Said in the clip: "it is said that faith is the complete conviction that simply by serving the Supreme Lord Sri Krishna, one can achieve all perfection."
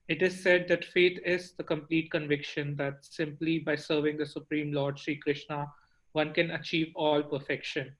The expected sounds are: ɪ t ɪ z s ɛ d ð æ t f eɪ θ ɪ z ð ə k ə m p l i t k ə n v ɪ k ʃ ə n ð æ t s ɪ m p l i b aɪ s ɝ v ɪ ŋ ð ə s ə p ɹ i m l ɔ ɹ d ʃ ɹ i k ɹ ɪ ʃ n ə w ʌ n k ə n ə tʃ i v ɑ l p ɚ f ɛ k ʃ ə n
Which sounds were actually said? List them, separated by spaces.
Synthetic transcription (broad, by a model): ɪ t ɪ z s ɛ d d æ t f eɪ t ɪ z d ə k ə m p l i t k ə n v ɪ k ʃ ə n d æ t s ɪ m p l i b aɪ s ɝ v ɪ ŋ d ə s ə p ɹ i m l ɔ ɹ d ʃ ɹ i k ɹ ɪ ʃ n ə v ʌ n k ə n ə tʃ i v ɑ l p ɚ f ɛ k ʃ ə n